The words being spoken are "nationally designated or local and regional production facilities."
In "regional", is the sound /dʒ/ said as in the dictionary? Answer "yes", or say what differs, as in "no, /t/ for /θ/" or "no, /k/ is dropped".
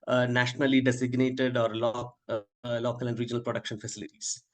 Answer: yes